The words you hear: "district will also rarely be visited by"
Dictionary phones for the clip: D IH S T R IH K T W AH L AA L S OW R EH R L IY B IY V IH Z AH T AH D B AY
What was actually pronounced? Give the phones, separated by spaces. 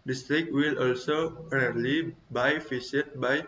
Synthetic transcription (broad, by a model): D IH S T R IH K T W AH L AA L S OW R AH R L IY B IY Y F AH S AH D B AY